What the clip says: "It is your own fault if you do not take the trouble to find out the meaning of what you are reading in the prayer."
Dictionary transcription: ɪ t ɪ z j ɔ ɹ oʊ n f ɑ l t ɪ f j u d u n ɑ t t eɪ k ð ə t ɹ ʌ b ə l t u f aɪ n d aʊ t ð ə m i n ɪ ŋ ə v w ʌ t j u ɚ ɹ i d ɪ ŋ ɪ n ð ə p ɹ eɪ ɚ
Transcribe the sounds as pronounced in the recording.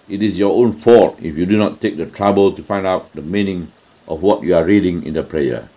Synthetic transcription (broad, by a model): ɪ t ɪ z j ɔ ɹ oʊ n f ɑ t ɪ f j u d u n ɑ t t eɪ k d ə t ɹ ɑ b ə l t u f aɪ n d aʊ t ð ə m i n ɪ ŋ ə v w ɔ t j u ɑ ɹ i d ɪ ŋ ɪ n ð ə p ɹ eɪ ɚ